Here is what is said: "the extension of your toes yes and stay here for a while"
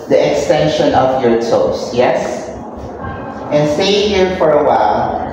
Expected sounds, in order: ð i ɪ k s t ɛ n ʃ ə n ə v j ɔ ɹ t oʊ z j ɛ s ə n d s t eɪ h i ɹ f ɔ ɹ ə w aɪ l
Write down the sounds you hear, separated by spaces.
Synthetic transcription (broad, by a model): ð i ɪ k s t ɛ n ʃ ə n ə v j ɔ ɹ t oʊ s j ɛ s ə n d s t eɪ h i ɹ f ɔ ɹ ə w aɪ l